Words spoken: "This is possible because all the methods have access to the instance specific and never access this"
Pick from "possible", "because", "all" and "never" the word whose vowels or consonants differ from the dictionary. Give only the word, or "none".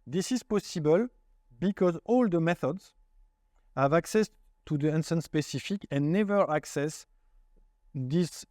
none